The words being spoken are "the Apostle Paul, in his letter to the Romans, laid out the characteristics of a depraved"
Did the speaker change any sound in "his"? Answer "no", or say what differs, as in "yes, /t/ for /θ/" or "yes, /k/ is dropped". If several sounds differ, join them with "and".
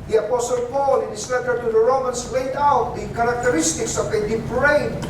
yes, /s/ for /z/